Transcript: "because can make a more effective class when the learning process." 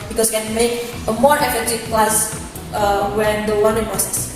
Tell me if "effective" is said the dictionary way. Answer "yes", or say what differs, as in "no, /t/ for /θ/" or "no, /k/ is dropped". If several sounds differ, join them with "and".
no, /k/ is dropped